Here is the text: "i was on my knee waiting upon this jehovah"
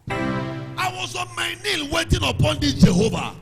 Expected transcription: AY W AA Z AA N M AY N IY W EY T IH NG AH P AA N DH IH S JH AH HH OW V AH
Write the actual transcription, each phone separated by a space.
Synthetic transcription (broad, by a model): AY W AA Z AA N M AY N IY W EY T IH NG AH P AA N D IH JH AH HH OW V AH